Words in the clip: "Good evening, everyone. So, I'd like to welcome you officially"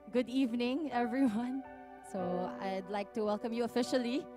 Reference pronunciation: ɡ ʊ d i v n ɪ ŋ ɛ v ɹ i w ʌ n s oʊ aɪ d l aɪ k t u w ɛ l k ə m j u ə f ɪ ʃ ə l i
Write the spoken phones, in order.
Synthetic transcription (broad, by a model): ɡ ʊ d i v n ɪ ŋ ɛ v ɹ i w ʌ n s oʊ aɪ d l aɪ k t u w ɛ l k ə m j u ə f ɪ ʃ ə l i